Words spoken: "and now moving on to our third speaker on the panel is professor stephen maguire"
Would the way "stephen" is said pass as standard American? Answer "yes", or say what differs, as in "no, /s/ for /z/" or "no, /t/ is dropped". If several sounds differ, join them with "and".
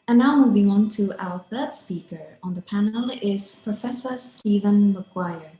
yes